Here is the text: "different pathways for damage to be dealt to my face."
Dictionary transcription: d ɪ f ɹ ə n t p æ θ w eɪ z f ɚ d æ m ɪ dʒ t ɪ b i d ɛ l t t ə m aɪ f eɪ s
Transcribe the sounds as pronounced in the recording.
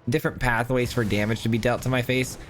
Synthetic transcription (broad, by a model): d ɪ f ɹ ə n p æ θ w eɪ z f ɚ d æ m ɪ dʒ t ɪ b i d ɛ l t t ə m aɪ f eɪ s